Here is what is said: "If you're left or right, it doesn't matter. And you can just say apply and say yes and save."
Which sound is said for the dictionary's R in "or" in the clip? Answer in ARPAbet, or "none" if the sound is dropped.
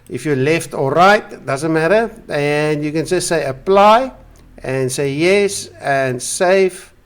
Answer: L